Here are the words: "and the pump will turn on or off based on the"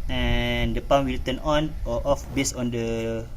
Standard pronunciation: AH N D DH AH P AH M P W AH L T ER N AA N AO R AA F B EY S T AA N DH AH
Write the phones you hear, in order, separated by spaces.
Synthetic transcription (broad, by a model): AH N D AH P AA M W AH L T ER N AA N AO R AA F B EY S AA N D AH